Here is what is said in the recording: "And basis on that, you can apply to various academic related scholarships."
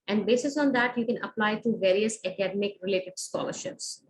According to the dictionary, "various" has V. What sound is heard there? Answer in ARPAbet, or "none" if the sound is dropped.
V